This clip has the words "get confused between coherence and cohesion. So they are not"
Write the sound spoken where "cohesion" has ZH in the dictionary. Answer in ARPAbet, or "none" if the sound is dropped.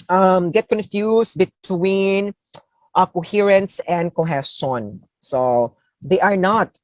S